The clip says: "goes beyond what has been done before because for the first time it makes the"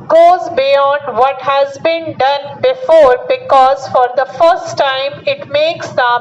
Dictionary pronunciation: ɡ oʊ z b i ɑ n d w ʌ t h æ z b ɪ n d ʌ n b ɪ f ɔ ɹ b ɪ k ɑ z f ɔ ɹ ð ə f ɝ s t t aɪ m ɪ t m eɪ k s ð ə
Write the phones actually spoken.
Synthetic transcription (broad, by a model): ɡ oʊ z b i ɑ n d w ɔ t h æ z b ɪ n d ʌ n b ɪ f ɔ ɹ b ɪ k ɑ z f ɔ ɹ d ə f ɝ s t t aɪ m ɪ t m eɪ k s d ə